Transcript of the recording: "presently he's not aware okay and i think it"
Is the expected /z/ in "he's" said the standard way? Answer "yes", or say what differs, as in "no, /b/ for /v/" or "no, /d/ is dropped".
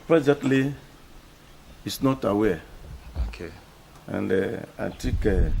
no, /s/ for /z/